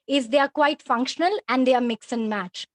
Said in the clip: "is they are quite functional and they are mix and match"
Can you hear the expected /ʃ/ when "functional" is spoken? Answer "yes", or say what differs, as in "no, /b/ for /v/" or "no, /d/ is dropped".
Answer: yes